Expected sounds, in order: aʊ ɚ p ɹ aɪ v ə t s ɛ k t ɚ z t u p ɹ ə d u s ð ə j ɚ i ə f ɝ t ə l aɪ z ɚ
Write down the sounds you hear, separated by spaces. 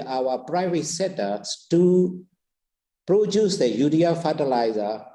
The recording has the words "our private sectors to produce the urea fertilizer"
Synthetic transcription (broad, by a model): aʊ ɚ p ɹ aɪ v ə t s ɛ t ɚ s t u p ɹ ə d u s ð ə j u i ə f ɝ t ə l aɪ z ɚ